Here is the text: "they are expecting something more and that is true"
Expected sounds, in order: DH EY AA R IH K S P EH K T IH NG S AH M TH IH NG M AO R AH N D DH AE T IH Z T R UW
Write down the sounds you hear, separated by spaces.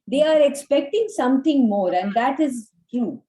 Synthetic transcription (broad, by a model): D EY AA R IH K S P EH K T IH NG S AH M T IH NG M AO R AH N D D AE T IH Z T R UW